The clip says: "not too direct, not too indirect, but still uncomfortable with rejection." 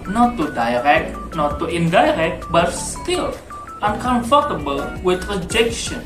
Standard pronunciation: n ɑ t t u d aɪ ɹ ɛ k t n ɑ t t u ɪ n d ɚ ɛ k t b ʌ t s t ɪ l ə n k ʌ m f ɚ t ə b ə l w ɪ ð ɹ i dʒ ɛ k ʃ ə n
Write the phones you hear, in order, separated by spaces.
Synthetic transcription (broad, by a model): n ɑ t t u d aɪ ɹ ɛ k t n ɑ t t u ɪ n d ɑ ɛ k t b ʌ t s t ɪ l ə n k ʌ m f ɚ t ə b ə l w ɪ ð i dʒ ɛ k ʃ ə n